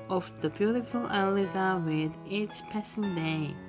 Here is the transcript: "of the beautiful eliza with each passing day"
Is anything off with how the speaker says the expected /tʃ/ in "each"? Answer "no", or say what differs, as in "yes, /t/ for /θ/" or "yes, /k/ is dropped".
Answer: yes, /s/ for /tʃ/